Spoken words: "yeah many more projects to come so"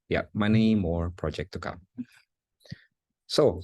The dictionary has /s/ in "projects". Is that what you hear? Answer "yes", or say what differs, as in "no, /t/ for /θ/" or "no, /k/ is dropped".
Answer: no, /s/ is dropped